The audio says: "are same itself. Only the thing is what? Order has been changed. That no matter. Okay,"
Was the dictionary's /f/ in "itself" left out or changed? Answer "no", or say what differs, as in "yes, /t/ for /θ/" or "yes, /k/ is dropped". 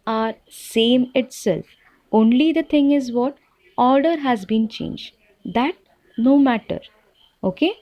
no